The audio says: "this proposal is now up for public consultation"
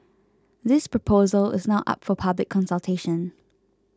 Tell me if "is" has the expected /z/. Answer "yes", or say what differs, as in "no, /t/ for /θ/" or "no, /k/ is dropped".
yes